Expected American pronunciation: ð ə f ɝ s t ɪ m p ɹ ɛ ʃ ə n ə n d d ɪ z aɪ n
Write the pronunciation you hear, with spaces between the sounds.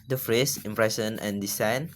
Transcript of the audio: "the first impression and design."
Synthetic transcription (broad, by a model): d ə f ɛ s ɪ m p ɹ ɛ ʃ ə n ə n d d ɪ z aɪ n